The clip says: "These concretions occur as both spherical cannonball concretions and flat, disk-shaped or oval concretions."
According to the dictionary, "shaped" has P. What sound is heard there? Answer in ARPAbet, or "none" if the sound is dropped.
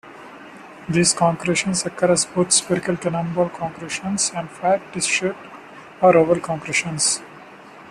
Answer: none